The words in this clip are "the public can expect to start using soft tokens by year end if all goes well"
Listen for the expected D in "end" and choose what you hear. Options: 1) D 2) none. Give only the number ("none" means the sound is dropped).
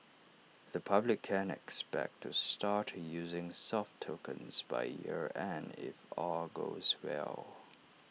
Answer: 2